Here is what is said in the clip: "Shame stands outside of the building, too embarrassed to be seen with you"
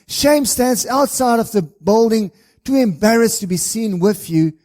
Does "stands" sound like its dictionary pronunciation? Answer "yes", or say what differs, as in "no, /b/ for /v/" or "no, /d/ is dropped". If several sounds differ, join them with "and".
yes